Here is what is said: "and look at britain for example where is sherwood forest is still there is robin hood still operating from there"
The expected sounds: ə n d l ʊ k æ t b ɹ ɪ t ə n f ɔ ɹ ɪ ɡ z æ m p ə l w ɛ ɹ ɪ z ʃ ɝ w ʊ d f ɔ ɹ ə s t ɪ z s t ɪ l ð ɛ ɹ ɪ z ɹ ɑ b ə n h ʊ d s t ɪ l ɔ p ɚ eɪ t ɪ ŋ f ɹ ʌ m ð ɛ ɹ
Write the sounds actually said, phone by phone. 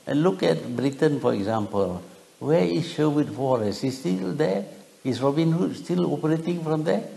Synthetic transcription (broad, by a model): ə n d l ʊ k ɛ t b ɹ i t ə n f ɔ ɹ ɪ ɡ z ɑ m p ə l w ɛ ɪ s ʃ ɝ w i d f ɔ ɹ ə s ɪ s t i l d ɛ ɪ s ɹ ɑ b ə n h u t s t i l ɔ p ɚ eɪ t ɪ ŋ f ɹ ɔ m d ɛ